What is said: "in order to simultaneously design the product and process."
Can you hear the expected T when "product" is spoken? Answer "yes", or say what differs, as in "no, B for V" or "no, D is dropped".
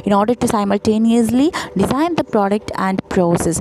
yes